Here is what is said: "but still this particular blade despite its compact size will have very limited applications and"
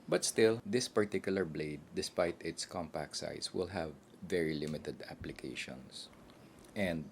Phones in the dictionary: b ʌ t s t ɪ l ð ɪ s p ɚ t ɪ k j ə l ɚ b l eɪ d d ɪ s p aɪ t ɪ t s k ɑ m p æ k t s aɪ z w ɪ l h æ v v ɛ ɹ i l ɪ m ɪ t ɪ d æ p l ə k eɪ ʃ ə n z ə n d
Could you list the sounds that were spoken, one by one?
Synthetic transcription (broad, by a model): b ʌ t s t ɪ l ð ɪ s p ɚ t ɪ k j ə l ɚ b l eɪ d d ɪ s p aɪ t ɪ t s k ɑ m p æ k t s aɪ s w ɪ l h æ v v ɛ ɹ i l ɪ m ɪ t ɪ d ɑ p l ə k eɪ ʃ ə n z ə n d